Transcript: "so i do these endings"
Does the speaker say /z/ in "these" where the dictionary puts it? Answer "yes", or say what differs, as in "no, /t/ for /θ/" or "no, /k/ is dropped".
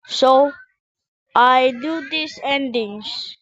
no, /s/ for /z/